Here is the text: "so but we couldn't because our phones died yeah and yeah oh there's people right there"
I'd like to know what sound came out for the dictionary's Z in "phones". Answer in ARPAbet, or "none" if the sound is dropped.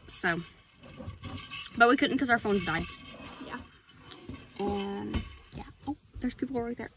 Z